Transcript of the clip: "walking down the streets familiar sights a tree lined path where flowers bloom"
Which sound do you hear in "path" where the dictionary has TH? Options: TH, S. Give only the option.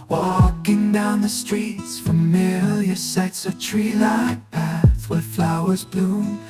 TH